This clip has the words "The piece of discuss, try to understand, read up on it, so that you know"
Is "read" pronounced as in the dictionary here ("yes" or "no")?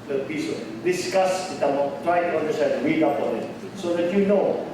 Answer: no